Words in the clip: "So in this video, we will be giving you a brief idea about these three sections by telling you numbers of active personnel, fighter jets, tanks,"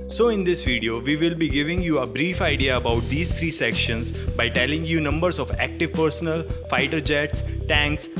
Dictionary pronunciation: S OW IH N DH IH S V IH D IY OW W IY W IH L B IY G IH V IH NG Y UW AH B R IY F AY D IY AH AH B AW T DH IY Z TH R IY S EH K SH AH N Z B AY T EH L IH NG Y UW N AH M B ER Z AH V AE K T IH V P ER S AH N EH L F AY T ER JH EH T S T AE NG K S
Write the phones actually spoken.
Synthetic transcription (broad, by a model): S OW IH N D IH S V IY D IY OW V IY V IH L B IY G IH V IH NG Y UW AH B R IY F AY D IY AH AH B AW T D IY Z T R IY S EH K SH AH N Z B AY T EH L IH NG Y UW N AH M B ER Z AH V AE K T IH V P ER S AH N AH L F AY T ER JH EH T S T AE NG K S